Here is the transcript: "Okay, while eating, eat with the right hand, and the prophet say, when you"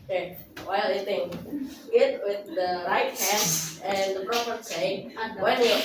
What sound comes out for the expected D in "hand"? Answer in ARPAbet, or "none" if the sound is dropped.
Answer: none